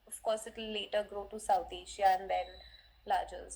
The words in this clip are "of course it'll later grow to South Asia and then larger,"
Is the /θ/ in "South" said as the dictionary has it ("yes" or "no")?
no